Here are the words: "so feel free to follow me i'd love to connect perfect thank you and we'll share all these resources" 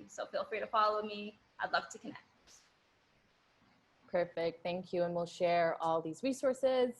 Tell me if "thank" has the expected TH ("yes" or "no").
yes